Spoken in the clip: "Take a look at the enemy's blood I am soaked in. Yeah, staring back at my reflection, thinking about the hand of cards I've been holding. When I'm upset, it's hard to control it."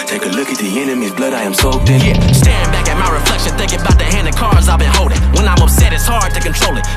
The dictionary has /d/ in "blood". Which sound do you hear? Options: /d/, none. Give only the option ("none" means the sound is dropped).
/d/